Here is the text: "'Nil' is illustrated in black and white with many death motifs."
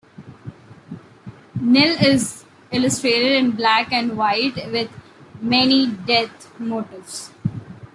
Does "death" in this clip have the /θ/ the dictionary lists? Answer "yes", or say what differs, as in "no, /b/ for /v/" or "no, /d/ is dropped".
no, /t/ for /θ/